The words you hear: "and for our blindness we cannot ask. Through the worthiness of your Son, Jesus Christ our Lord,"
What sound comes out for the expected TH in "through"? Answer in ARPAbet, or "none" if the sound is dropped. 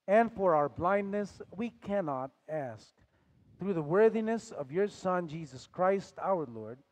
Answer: TH